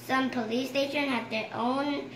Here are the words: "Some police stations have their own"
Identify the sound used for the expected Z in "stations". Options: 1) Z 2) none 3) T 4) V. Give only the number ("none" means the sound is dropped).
2